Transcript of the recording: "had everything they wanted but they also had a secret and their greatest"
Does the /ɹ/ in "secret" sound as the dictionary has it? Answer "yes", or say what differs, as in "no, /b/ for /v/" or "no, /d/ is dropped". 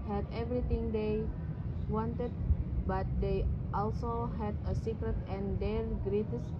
yes